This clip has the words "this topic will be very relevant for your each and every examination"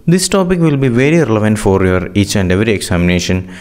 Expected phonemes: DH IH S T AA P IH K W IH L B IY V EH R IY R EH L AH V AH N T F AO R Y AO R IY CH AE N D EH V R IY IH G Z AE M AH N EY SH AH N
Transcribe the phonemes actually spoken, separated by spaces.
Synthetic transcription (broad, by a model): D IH S T AA P IH K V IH L B IY V EH R IY R EH L AH V AH N T F AO R Y AO R IY CH AE N D EH V R IY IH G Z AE M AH N EY SH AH N